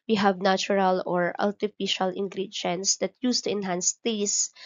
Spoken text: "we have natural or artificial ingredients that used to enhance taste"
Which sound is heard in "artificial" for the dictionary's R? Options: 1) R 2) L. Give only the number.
2